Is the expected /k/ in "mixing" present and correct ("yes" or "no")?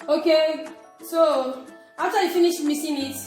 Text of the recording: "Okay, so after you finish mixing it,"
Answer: no